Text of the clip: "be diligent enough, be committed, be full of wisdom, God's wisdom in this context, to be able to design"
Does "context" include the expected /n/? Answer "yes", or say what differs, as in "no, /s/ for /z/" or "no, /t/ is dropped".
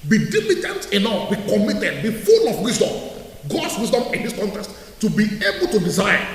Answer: yes